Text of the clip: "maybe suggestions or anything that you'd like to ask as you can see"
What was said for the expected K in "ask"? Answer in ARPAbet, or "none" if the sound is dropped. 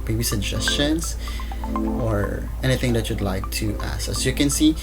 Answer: none